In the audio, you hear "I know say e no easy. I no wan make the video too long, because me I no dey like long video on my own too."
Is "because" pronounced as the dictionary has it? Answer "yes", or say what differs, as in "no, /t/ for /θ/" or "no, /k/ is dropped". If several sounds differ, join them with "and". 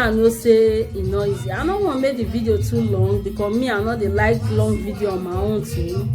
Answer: no, /z/ is dropped